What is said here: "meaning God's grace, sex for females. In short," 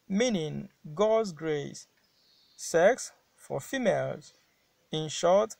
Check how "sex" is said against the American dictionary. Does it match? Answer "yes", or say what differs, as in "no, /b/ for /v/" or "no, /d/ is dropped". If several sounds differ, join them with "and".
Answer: yes